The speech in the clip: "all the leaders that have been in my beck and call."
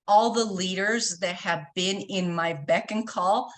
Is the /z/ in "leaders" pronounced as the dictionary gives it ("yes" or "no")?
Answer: yes